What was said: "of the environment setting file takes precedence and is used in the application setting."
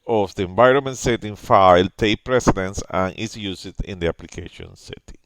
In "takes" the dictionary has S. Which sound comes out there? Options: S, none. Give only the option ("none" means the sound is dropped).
none